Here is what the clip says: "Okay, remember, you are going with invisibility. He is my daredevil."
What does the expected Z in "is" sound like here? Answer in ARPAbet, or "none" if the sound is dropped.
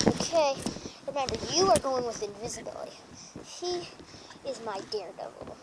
Z